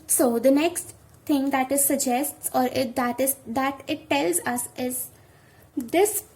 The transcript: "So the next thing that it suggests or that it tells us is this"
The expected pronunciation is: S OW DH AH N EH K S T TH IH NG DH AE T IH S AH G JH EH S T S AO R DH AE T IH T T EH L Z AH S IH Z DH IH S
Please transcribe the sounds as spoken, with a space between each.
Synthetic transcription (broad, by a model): S OW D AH N EH K S T T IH NG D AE T IH S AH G JH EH S T S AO R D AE T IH T T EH L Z AH S IH Z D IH S